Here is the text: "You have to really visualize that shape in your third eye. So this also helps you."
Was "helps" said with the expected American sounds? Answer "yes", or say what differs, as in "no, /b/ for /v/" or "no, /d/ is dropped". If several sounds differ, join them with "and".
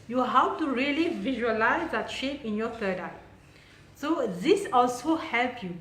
no, /s/ is dropped